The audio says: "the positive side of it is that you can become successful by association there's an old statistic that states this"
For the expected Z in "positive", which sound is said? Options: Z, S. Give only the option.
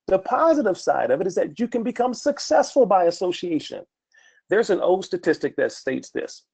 Z